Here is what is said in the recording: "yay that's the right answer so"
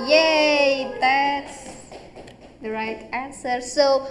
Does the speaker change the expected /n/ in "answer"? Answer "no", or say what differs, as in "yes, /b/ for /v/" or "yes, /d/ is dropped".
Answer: no